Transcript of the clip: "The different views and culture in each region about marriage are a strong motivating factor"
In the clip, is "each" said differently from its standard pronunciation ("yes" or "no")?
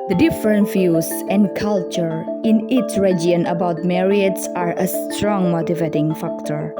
yes